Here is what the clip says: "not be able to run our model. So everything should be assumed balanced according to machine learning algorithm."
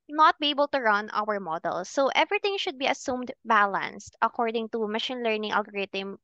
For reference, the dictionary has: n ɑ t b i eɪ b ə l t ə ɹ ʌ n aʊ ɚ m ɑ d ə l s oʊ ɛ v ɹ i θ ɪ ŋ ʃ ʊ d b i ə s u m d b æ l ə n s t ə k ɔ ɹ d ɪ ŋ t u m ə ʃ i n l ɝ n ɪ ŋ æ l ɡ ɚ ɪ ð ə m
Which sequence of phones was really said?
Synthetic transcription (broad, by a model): n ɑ t b i eɪ b ə l t ə ɹ ʌ n aʊ ɚ m ɑ d ə l s oʊ ɛ v ɹ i t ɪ ŋ ʃ ʊ d b i ə s u m d b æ l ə n s t ə k ɔ ɹ d ɪ ŋ t u m ə ʃ i n l ɝ n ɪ ŋ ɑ l ɡ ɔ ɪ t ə m